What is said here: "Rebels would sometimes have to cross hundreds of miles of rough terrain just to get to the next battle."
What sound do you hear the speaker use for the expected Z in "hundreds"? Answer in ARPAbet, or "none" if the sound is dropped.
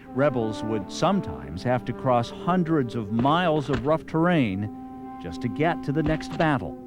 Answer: Z